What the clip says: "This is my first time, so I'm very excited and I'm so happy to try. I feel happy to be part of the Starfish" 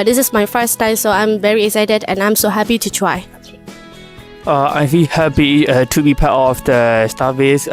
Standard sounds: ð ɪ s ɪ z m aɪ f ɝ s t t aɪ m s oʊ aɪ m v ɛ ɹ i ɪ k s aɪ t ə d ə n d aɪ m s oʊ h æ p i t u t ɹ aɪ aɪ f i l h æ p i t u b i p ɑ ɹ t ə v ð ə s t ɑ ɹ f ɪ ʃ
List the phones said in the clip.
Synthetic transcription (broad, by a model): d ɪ s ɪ s m aɪ f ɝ s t t aɪ m s oʊ aɪ m v ɛ ɹ i ɪ k s aɪ t ə d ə n aɪ m s oʊ h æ p i t u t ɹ aɪ aɪ f i l h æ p i t u b i p ɑ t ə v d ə s t ɑ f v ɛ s